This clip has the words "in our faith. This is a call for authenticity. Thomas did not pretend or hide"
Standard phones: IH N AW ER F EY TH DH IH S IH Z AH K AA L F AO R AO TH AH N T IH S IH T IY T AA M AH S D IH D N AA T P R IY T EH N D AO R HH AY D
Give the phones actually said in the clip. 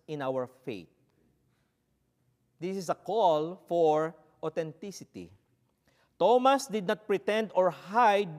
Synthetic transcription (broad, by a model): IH N AW ER F EY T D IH S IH S AH K AA L F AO R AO T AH N T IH S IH T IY T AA M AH S D IH D N AA T P R IY T EH N D AO R HH AY D